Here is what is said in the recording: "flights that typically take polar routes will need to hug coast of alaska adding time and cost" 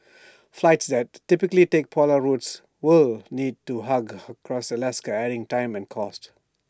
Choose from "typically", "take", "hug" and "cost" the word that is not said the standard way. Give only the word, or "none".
none